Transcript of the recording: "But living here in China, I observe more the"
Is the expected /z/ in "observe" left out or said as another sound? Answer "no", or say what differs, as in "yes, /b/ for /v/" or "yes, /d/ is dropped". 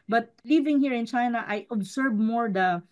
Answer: yes, /s/ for /z/